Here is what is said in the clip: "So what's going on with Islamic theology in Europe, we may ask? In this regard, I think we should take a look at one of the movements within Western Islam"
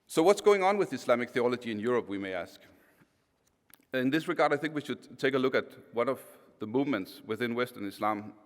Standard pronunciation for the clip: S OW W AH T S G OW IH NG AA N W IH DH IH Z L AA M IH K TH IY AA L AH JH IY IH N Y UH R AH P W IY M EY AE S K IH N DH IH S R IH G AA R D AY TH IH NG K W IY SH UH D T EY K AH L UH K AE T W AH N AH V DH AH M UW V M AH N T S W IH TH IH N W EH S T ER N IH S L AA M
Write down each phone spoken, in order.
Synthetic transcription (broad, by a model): S OW W AH T S G OW IH NG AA N W IH DH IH S L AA M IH K TH IY AA L AH JH IY IH N Y UH R AH P W IY M EY AE S K IH N DH IH S R IH G AA R D AY TH IH NG K W IY SH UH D T EY K AH L UH K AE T W AH N AH V DH AH M UW V M AH N T S W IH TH IH N W EH S T ER N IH S L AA M